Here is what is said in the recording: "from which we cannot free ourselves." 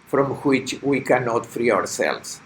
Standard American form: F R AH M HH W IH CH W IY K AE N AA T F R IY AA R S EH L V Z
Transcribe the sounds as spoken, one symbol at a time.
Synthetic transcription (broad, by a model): F R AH M HH W IH CH W IY K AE N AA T F R IY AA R S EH L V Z